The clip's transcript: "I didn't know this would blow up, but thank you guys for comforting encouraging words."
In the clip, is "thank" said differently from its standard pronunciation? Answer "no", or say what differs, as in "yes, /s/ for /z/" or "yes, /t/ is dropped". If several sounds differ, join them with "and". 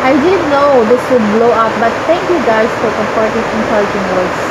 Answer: yes, /t/ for /θ/